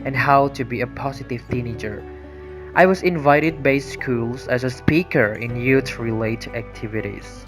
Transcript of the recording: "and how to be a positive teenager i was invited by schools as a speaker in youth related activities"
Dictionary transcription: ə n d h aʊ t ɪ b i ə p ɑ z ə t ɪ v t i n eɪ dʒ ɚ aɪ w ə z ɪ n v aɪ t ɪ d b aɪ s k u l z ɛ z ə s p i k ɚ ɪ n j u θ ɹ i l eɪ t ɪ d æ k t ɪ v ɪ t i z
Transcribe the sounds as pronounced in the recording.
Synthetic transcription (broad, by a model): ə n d h aʊ t ɪ b i ə p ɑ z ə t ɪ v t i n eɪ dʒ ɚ aɪ w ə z ɪ n v aɪ t ɪ d b aɪ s k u l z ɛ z ə s p i k ɚ ɪ n j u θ ɹ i l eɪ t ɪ æ k t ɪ v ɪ t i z